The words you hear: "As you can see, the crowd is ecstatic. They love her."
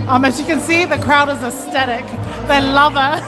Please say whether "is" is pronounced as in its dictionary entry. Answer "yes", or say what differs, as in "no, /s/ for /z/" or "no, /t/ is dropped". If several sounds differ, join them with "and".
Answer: yes